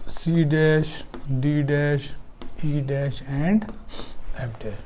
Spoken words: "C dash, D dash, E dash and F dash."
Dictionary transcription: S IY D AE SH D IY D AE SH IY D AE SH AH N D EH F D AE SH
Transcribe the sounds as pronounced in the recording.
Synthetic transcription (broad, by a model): S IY D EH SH D IY D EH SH IY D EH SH AH N D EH P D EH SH